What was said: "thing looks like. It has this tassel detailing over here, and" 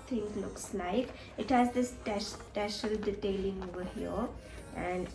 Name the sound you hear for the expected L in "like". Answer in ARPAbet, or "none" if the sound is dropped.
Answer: L